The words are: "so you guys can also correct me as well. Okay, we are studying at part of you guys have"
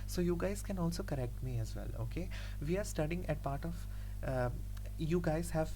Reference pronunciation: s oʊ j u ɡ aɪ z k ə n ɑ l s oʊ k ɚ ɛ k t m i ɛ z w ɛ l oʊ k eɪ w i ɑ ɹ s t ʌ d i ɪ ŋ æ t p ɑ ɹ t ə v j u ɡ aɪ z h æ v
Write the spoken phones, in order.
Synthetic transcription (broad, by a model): s oʊ j u ɡ aɪ z k ə n ɑ l s oʊ k ɚ ɛ k t m i ɛ z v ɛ l oʊ k eɪ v i ɑ ɹ s t ʌ d i ɪ ŋ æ t p ɑ ɹ t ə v j u ɡ aɪ z h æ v